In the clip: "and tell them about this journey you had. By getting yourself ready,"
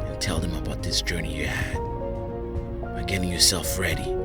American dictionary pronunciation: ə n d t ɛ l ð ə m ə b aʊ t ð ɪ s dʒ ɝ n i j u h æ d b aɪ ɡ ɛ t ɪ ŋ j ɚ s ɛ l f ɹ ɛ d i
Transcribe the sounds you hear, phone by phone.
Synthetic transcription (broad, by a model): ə n t ɛ l ð ə m ə b aʊ t ð ɪ s dʒ ɝ n i j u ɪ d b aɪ ɡ ɛ t ɪ ŋ j ɚ s ɛ l f ɹ ɛ d i